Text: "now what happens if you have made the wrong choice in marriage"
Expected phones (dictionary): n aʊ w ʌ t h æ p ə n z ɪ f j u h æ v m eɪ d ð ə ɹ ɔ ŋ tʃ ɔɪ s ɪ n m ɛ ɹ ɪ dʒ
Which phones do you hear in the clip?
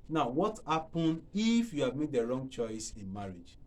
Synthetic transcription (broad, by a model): n aʊ w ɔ t h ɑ p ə n ɪ f j u h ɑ v m eɪ d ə ɹ ɔ ŋ tʃ ɔɪ s ɪ n m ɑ ɹ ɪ dʒ